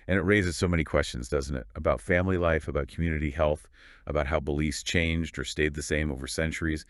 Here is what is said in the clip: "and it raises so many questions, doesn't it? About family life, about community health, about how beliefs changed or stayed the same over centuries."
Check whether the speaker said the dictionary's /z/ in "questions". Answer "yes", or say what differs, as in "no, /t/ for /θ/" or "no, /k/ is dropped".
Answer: yes